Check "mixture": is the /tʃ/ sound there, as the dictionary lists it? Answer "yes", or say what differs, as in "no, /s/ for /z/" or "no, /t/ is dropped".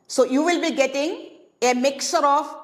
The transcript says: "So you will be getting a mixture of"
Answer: no, /tʃ/ is dropped